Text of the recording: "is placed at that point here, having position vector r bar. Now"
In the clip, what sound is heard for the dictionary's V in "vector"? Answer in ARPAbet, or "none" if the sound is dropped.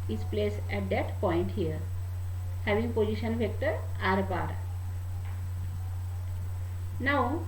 F